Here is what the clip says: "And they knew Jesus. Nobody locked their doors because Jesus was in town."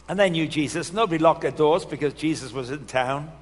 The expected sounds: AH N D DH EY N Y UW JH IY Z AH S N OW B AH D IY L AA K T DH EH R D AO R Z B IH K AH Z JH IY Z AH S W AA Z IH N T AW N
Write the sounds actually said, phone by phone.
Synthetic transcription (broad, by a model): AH N DH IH N Y UW JH IY Z AH S N OW B AH D IY L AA K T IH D AO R Z B IH K AH Z JH IY Z AH S W AA Z IH N T AW N